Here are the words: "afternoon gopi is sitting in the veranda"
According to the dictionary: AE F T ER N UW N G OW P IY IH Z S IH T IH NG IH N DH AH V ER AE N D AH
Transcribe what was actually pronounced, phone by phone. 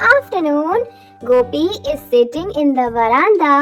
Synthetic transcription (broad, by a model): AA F T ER N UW N G OW P IY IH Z S IH T IH NG IH N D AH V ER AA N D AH